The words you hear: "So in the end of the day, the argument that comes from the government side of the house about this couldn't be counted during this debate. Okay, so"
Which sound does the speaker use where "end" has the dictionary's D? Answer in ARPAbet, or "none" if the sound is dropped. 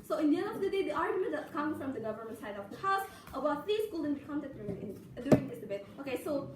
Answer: none